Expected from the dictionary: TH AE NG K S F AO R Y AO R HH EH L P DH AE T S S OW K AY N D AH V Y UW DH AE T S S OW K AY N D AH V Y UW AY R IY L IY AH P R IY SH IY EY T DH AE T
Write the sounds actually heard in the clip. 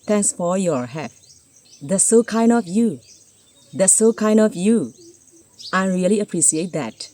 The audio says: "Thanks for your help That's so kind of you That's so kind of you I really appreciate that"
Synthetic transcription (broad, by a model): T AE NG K S F AO R Y AO R HH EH P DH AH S S OW K AY N D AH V Y UW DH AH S S OW K AY N D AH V Y UW AY R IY L IY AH P R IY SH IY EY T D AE T